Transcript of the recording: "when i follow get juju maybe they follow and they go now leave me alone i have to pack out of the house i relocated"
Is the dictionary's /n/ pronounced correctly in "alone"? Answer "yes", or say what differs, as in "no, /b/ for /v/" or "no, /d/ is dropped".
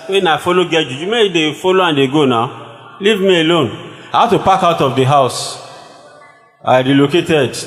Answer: yes